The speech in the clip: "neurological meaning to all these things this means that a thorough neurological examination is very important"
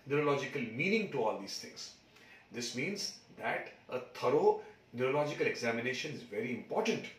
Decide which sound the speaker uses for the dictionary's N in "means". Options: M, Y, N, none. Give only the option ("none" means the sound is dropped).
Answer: N